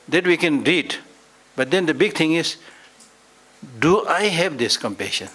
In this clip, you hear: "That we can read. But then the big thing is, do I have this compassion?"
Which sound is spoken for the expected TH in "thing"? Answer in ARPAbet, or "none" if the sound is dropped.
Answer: T